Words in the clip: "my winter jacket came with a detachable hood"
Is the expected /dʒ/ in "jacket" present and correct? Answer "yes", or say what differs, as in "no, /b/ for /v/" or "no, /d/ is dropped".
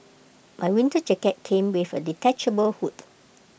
no, /tʃ/ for /dʒ/